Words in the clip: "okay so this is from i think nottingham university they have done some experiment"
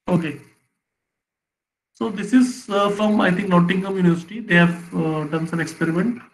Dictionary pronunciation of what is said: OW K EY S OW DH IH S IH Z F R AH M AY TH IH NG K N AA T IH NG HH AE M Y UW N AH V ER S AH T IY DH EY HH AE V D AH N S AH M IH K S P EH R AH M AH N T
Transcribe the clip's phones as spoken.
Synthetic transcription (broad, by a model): OW K EY S OW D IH S IH Z F R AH M AY T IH NG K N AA T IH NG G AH M Y UW N AH V ER S AH T IY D EY HH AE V D AH N S AH M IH K S P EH R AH M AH N T